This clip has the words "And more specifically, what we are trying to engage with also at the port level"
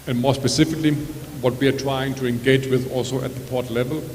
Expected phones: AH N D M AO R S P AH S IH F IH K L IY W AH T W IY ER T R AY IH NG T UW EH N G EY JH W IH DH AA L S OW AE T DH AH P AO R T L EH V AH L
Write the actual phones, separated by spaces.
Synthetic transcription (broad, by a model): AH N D M AO R S P AH S IH F IH K L IY W AH T W IY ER T R AY IH NG T UW EH N G EY JH W IH DH AA L S OW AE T DH AH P AO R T L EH V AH L